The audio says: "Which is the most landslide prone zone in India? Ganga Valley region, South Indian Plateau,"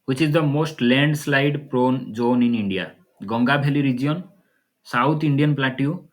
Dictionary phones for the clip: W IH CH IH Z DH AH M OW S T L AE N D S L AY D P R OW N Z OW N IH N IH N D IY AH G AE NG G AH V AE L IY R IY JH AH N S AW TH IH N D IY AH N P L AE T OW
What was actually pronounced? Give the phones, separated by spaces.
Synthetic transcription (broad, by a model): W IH CH IH Z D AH M OW S T L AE N D S L AY D P R OW N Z OW N IH N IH N D IY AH G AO NG G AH B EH L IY R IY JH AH N S AW T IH N D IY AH N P L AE T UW